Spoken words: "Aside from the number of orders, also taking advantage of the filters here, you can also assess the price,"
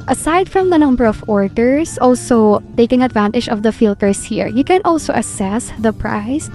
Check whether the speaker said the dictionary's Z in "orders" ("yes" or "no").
no